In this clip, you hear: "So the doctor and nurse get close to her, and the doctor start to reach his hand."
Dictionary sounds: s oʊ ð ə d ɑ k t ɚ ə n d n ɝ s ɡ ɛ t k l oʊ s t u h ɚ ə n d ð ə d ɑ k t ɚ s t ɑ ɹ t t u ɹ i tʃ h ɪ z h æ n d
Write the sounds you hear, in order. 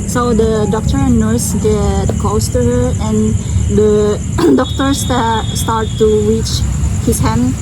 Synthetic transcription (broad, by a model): s oʊ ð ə d ɑ k t ɚ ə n n ɝ s ɡ ɛ t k oʊ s t u h ɚ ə n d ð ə d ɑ k t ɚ s t ɑ ɹ t t u ɹ i tʃ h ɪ s h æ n